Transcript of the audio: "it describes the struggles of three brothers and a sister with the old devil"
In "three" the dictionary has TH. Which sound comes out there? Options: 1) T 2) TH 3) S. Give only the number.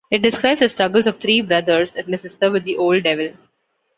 1